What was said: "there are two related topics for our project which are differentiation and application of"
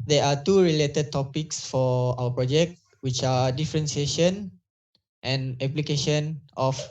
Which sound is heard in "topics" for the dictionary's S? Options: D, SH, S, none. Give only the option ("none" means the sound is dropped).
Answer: S